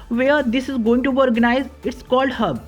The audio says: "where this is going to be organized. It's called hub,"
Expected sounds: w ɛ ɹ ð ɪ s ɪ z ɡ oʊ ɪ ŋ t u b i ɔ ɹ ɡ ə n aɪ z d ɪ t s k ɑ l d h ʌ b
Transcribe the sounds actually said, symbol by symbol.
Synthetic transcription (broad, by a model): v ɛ ɹ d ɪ s ɪ z ɡ oʊ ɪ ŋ t u b i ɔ ɹ ɡ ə n aɪ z ɪ t s k ɑ l d h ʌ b